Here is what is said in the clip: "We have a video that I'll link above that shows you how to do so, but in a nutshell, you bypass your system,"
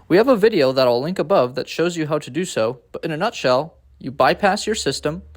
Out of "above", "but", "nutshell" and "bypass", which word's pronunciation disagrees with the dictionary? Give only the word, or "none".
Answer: none